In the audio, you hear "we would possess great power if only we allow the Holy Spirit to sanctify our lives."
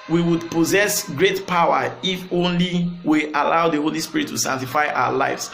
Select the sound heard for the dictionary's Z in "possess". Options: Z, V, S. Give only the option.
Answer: Z